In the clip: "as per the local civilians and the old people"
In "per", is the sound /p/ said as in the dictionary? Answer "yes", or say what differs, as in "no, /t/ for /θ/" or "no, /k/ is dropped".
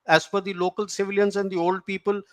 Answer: no, /f/ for /p/